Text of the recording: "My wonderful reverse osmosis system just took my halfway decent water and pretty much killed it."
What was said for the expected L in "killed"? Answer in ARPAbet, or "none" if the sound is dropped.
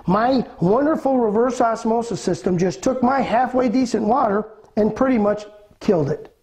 L